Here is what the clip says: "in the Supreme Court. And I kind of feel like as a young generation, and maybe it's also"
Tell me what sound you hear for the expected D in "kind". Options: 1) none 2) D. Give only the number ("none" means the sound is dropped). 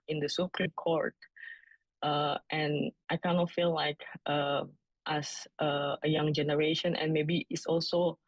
1